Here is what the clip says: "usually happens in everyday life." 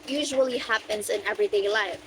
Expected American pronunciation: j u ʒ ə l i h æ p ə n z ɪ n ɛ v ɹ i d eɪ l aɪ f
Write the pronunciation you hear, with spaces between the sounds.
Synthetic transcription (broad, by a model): j u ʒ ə l i h æ p ə n z ɪ n ɛ v ɹ i d eɪ l aɪ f